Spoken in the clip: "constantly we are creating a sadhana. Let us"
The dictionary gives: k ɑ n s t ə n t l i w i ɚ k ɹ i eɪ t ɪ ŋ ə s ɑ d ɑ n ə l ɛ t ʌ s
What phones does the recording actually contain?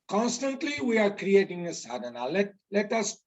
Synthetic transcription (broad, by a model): k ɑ n s t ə n t l i w i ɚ k ɹ i eɪ t ɪ ŋ ə s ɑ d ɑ l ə l ɛ t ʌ s